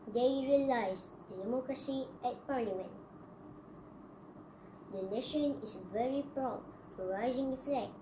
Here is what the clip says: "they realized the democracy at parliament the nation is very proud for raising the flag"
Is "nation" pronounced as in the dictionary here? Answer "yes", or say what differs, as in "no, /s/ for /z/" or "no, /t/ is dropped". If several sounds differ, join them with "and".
yes